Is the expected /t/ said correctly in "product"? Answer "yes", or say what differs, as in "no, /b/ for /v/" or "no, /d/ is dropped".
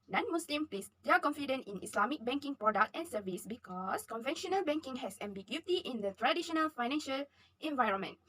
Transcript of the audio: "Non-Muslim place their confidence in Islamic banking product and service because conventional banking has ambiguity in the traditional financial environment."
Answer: yes